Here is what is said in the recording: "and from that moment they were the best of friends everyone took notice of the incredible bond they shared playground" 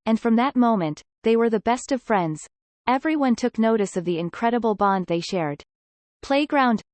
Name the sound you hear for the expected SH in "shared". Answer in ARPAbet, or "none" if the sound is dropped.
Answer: SH